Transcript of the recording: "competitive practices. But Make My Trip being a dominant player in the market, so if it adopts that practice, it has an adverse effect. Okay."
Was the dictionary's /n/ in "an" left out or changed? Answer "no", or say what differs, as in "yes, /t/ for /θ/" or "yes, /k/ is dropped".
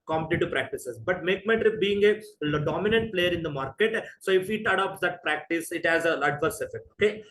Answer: yes, /l/ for /n/